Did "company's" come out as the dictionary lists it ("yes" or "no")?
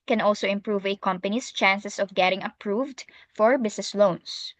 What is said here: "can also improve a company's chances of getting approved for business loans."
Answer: no